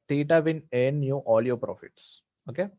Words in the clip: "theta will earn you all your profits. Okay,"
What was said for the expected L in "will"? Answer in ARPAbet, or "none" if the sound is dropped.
N